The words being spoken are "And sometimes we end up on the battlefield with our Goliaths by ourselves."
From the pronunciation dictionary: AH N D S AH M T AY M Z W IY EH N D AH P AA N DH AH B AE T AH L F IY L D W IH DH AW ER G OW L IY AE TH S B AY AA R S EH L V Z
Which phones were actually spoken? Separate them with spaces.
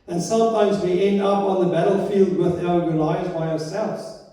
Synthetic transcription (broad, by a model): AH N S AH M T AY M Z W IY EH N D AH P N DH AH B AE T L F IY L D W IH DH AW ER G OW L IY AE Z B AY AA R S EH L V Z